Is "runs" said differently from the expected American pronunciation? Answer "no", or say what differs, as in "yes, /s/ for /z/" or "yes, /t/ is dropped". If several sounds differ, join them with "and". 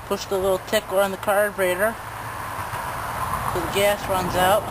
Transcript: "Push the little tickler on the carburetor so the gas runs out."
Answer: no